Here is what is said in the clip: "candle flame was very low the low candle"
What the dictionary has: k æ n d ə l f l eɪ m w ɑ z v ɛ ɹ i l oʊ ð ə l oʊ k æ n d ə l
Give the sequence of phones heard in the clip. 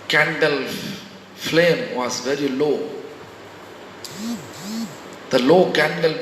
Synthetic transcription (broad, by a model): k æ n d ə l f l eɪ m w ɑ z v ɛ ɹ i l oʊ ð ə l oʊ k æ n d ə l